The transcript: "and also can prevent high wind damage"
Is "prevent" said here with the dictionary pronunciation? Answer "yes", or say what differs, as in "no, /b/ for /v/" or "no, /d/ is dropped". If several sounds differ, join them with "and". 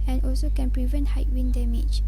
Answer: yes